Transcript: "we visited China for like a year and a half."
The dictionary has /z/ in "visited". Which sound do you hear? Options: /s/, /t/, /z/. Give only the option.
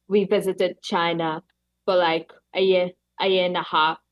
/z/